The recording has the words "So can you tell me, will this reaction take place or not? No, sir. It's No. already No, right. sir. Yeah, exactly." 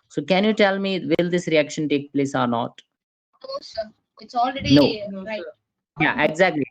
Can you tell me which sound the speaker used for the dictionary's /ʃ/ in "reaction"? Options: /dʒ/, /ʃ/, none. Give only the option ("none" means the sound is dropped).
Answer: /ʃ/